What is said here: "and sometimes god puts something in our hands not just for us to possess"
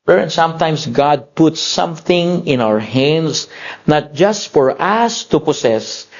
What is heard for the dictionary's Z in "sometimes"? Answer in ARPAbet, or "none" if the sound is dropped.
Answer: S